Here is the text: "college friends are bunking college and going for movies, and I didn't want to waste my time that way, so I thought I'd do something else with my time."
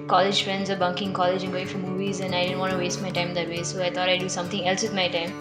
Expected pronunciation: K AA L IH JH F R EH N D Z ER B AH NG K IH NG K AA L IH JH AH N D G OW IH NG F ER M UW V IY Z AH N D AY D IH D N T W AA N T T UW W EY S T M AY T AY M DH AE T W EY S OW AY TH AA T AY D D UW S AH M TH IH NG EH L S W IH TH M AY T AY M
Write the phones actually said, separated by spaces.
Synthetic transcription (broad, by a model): K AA L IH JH F R EH N D Z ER B AH NG K IH NG K AA L IH JH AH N G OW IH NG F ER M UW V IY Z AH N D AY D IH D N T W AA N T T UW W EY S T M AY T AY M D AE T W EY S OW AY T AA T AY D D UW S AH M T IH NG EH L S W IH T M AY T AY M